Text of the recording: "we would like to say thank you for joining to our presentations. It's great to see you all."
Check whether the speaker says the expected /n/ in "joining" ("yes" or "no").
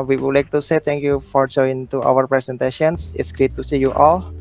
no